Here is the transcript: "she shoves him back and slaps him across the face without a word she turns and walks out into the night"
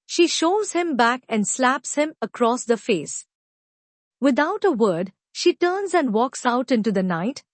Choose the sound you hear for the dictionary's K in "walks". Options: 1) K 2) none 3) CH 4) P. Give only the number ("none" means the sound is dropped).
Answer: 1